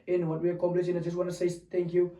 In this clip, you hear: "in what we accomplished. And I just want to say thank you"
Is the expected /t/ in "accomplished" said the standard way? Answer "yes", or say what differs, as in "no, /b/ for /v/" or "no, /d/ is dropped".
no, /t/ is dropped